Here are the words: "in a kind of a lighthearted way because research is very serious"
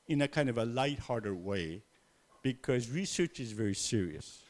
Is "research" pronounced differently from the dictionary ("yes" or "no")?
no